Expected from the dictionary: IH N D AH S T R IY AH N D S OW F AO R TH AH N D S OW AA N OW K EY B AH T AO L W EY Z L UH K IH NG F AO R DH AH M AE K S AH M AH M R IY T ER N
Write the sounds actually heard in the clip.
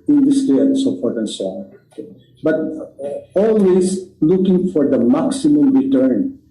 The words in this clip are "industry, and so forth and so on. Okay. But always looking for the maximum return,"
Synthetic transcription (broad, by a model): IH N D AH S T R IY AH N D S OW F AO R T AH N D S OW AA N B AH T AO L W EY S L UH K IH NG F AO R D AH M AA K S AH M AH M R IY T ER N